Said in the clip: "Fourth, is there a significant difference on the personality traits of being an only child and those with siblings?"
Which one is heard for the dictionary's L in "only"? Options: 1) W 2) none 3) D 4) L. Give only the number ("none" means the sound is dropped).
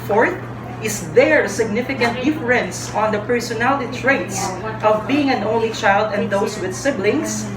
4